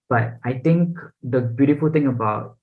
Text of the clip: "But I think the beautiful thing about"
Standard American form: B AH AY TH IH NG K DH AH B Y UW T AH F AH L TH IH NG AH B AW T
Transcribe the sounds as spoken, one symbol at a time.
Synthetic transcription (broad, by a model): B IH AY T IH NG K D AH B Y UW T AH F AH L T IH NG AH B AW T